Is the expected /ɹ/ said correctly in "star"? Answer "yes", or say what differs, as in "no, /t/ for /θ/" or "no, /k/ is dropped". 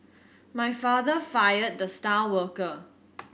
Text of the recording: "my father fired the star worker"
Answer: no, /l/ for /ɹ/